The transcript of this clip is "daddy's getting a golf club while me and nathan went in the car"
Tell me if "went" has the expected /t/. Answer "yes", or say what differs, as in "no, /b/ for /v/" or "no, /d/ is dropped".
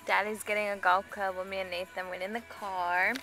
no, /t/ is dropped